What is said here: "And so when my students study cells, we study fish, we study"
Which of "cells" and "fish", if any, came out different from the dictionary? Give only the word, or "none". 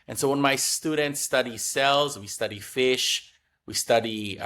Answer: none